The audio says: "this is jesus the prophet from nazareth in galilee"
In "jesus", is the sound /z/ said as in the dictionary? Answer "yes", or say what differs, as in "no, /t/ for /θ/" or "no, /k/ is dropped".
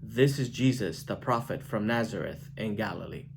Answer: yes